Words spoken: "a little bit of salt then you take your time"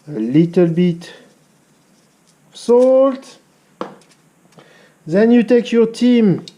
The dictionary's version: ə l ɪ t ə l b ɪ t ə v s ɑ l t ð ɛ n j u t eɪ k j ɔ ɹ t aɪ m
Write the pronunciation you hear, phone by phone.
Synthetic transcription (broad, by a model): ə l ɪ t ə l b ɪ t s ɑ l t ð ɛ n j u t eɪ k j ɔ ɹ t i m